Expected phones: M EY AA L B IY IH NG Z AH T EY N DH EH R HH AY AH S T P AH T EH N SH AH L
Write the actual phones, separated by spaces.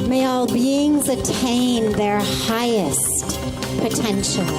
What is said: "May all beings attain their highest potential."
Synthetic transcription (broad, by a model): M EY AA L B IY IH NG Z AH T EY N DH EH R HH AY AH S T P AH T EH N SH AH L